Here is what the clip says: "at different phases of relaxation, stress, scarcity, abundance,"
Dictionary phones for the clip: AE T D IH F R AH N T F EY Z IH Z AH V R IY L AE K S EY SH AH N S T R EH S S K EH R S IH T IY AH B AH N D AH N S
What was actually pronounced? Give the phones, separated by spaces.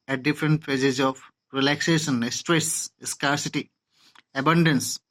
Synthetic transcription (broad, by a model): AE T D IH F R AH N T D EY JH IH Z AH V R IY L AE K S EY SH AH N S T R EH S S K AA R S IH T IY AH B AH N D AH N S